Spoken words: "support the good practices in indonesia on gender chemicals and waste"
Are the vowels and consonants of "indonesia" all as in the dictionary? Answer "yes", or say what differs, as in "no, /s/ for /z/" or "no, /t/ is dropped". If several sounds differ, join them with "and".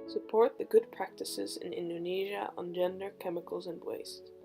yes